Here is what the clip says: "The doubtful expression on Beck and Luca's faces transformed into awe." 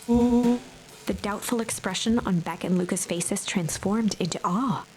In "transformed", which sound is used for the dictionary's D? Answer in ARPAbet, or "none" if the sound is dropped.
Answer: D